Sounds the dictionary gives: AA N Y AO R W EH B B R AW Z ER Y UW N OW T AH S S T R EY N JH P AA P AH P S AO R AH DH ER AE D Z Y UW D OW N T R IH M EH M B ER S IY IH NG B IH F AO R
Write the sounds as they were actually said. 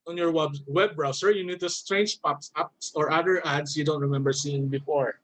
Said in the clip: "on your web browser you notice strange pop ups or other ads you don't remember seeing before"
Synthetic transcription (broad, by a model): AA N Y AO R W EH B B R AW S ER Y UW N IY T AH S S T R EY N JH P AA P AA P S AO R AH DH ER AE D S Y UW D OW N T R IH M EH M B ER S IY IH NG B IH F AO R